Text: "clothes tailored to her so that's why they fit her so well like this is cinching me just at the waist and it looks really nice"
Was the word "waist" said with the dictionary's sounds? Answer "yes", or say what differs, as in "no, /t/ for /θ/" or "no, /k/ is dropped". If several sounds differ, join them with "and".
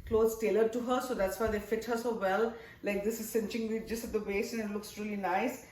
no, /t/ is dropped